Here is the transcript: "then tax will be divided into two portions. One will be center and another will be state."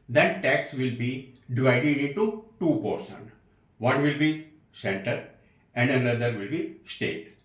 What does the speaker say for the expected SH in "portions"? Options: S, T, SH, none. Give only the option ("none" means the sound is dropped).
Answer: S